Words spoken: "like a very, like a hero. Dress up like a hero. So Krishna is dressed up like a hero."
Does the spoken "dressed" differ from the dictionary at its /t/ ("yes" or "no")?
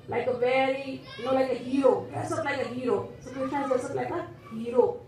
yes